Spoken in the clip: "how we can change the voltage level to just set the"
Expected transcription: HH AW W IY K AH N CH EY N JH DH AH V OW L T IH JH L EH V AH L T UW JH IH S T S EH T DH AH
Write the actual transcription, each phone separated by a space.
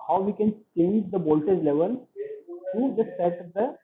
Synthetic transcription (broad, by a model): HH AW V IY K AH N CH EY N JH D AH B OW L T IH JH L EH V AH L T UW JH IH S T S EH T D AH